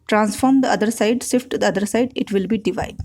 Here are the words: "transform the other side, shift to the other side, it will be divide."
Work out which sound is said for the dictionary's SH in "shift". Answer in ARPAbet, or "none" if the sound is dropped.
S